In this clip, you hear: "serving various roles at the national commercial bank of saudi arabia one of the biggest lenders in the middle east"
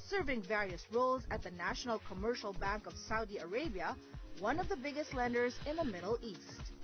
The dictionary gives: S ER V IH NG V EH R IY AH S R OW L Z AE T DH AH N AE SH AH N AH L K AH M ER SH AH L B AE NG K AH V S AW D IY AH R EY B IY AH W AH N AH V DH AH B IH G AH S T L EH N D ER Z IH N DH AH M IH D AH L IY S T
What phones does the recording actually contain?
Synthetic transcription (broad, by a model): S ER V IH NG V EH R IY AH S R OW L Z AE T DH AH N AE SH AH N AH L K AH M ER SH AH L B AE NG K AH V S AW D IY AH R EY B IY AH W AH N AH V DH AH B IH G AH S T L EH N D ER Z IH N DH AH M IH D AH L IY S T